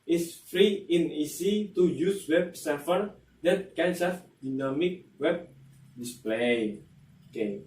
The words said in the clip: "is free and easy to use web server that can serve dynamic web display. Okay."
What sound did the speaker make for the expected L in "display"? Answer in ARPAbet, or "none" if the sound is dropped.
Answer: L